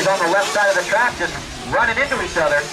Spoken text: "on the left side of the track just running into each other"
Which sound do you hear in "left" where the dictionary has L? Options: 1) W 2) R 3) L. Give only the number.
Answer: 1